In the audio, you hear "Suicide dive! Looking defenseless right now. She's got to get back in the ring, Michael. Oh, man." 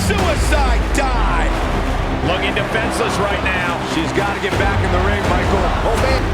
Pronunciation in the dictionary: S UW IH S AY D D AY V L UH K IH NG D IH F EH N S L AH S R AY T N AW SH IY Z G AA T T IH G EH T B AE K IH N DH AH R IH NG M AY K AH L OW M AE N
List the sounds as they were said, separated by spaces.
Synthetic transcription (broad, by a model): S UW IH S AY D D AY L UH K IH NG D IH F EH N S AH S R AY T N AW SH IY Z G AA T T IH G EH T B AE K IH N DH AH R IH NG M AY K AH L OW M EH